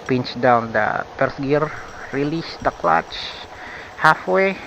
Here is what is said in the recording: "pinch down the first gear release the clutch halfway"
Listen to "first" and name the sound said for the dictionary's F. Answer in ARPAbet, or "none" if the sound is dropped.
P